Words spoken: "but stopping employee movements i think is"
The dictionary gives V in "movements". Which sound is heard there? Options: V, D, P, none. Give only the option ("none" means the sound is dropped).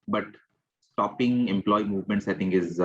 V